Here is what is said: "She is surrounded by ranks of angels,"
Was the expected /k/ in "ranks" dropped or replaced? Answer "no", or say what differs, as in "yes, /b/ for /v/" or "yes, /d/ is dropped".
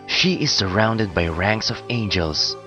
no